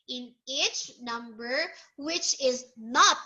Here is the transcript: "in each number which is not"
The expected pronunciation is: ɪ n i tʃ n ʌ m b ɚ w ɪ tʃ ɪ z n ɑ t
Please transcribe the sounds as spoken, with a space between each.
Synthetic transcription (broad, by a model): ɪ n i tʃ n ʌ m b ɚ w ɪ tʃ ɪ z n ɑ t